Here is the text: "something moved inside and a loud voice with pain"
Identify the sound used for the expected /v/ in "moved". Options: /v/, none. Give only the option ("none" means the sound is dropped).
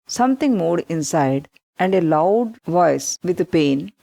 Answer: none